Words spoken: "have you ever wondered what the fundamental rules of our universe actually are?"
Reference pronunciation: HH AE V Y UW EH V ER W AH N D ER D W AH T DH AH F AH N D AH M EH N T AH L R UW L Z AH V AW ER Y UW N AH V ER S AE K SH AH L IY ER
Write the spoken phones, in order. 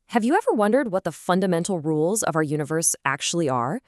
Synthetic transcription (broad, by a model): HH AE V Y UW EH V ER W AH N D ER D W AH T DH AH F AH N D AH M EH N T L R UW L Z AH V AW ER Y UW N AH V ER S AE K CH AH L IY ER